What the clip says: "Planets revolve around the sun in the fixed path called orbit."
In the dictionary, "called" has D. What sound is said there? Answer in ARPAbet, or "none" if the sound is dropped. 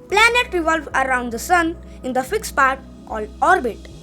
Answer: none